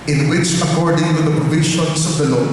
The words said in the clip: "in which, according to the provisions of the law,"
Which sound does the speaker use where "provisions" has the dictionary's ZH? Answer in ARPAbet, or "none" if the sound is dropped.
SH